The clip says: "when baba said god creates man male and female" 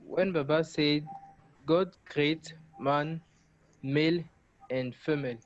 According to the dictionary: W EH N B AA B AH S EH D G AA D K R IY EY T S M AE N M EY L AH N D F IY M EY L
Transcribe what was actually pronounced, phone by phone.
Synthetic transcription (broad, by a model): W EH N B AA B AH S EH D G AA D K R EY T M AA N M EY L AH N D F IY M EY L